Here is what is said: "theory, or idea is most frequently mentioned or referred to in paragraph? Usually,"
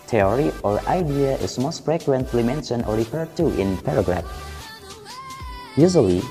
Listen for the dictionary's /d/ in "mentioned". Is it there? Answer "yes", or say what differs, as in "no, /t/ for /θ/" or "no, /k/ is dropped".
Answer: no, /d/ is dropped